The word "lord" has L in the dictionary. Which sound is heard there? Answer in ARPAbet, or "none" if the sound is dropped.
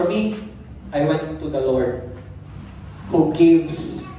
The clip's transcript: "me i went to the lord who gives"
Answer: L